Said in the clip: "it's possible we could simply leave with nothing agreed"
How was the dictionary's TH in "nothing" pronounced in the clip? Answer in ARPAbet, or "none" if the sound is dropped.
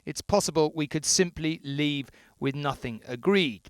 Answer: TH